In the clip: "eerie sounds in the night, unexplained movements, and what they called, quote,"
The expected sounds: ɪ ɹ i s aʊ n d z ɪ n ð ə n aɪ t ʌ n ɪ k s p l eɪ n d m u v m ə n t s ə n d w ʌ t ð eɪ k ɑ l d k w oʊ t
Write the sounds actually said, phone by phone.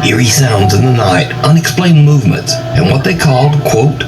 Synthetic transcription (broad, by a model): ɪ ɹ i s aʊ n d z ɪ n ð ə n aɪ t ʌ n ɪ k s p l eɪ n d m u v m ə n t s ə n w ʌ t ð eɪ k ɑ l d k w oʊ t